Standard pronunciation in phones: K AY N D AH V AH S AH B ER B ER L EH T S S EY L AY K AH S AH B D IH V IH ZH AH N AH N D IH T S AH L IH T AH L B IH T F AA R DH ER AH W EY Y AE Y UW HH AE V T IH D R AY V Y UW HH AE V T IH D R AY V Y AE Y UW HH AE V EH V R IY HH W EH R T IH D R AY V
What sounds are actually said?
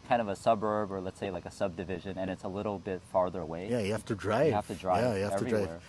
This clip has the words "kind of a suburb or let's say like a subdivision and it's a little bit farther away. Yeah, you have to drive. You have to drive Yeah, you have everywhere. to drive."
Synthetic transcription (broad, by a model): K AY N D AH V AH S AH B ER B ER L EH T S S EY L AY K AH S AH B D IH V IH ZH AH N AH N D IH T S AH L IH T L B IH T F AA R DH ER AH W EY Y AE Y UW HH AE F T IH D R AY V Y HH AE F T IH D R AY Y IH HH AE EH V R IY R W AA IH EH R